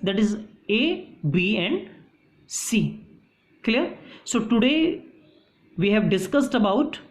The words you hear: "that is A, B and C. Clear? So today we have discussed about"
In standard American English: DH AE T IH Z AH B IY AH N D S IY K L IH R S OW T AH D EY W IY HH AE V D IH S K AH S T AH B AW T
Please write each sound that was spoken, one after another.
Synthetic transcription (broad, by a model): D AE T IH Z AH B IY AH N D S IY K L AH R S OW T AH D EY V IY HH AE V D IH S K AH S T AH B AW T